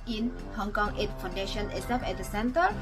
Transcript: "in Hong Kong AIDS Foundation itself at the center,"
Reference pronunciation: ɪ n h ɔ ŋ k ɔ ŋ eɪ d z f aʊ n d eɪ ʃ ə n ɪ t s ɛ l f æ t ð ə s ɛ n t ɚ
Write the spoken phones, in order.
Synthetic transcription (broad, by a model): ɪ n h ɔ ŋ k ɔ ŋ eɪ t f aʊ n d eɪ ʃ ə n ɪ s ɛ f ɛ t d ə s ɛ n t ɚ